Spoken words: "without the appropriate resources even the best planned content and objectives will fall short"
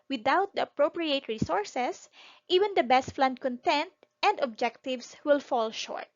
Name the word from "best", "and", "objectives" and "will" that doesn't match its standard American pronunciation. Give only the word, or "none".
objectives